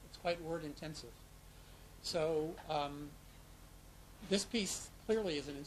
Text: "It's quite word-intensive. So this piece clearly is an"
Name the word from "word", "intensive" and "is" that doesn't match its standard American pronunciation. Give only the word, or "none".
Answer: none